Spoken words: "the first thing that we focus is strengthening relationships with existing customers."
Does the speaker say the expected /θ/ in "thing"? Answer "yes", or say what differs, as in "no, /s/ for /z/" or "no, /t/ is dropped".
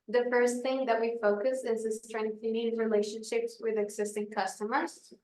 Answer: yes